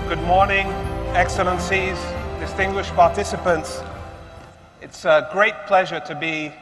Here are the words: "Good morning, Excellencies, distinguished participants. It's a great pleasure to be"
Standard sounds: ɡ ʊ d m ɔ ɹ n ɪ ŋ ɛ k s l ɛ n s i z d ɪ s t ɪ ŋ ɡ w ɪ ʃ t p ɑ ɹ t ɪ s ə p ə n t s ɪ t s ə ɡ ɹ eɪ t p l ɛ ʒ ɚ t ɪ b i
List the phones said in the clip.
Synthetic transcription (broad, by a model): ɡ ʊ d m ɔ ɹ n ɪ ŋ ɛ k s l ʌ n s i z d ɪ s t ɪ ŋ ɡ w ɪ ʃ p ɑ ɹ t ɪ s ə p ə n t s ɪ t s ə ɡ ɹ eɪ t p l ɛ ʒ ɚ t ɪ b i